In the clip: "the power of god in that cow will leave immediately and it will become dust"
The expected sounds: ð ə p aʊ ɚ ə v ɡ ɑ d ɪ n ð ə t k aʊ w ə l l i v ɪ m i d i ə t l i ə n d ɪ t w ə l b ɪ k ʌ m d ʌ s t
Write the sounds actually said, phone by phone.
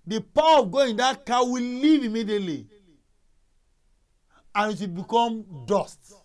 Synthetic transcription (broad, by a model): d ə p aʊ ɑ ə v ɡ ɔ ɪ n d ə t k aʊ w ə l l i v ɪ m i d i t l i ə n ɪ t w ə b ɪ k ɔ m d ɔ s t